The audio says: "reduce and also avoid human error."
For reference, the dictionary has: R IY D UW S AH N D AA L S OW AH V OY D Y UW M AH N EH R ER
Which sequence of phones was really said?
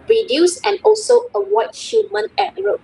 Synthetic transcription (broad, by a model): R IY D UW S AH N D AA L S OW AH W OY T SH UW M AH N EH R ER